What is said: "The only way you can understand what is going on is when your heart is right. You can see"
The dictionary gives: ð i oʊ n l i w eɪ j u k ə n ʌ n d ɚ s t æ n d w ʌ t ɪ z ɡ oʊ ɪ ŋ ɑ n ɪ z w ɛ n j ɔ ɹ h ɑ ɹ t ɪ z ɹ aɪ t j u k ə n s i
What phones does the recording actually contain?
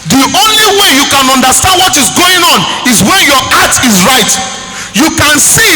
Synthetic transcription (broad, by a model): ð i oʊ n l i w eɪ j u k ə n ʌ n d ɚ s t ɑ n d w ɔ t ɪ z ɡ oʊ ɪ ŋ ɑ n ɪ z w ɛ n j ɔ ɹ ɑ t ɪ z ɹ aɪ t j u k ə n s i